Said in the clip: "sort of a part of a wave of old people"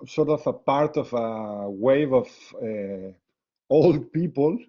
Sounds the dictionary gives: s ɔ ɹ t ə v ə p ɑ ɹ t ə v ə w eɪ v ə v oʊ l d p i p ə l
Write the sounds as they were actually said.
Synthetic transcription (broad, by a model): s ɔ ɹ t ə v ə p ɑ ɹ t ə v ə w eɪ v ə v oʊ l d p i p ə l